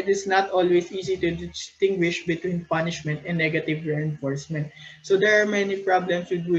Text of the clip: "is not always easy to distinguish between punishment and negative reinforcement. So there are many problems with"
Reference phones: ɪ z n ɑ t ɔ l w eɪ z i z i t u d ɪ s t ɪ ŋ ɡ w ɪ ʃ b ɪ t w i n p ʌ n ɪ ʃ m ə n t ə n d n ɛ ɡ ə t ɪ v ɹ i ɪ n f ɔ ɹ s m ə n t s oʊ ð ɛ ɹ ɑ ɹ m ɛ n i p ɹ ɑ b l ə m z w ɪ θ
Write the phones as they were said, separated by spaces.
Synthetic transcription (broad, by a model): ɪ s n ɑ t ɔ l w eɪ s i s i t u d ɪ s t ɪ ŋ ɡ w ɪ ʃ b ɪ t w i n p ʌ n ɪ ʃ m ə n t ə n n ɛ ɡ ə t ɪ v ɹ i ɪ n f ɔ ɹ s m ə n t s oʊ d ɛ ɹ ɑ ɹ m ɛ n i p ɹ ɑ b l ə m s w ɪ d